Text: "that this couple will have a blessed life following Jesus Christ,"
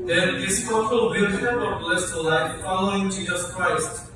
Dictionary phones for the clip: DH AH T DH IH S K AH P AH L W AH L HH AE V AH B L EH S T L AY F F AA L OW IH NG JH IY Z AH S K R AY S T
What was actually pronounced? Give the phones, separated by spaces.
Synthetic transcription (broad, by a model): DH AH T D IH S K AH F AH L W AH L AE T AH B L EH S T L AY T F AA L OW IH NG JH IY Z AH S K R AY S T